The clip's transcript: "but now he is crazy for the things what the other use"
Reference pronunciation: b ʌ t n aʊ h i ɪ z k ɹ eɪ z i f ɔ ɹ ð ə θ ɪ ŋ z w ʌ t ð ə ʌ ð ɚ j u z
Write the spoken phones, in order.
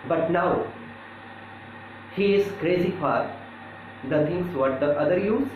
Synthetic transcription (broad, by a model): b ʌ t n aʊ h i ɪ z k ɹ eɪ z i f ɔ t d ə t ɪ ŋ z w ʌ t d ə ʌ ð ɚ j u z